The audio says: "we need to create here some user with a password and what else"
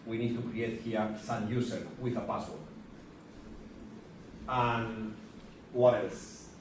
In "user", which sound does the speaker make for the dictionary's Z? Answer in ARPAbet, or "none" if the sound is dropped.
S